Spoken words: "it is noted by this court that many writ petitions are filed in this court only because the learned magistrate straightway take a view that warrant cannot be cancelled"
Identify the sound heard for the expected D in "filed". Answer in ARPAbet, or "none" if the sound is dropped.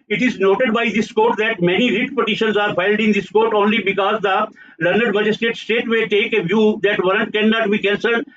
D